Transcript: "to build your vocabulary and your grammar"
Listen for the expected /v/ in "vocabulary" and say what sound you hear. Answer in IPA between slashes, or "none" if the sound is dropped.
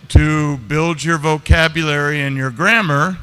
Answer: /v/